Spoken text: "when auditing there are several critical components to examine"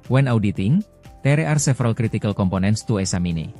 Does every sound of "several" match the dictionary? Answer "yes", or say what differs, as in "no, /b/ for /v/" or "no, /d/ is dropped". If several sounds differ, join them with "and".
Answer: no, /f/ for /v/